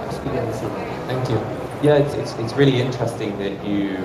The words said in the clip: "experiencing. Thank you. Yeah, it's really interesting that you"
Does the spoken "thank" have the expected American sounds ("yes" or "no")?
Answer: yes